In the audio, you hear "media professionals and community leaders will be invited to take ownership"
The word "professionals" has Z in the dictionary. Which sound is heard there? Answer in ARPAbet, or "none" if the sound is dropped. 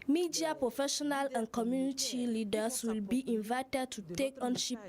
none